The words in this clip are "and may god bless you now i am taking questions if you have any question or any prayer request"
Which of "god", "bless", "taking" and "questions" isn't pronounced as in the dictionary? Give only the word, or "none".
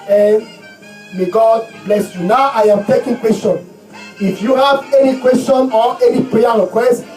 questions